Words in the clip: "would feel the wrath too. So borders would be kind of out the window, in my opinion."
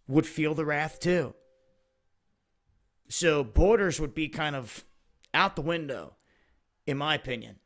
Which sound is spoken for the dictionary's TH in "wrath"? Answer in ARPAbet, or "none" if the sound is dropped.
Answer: TH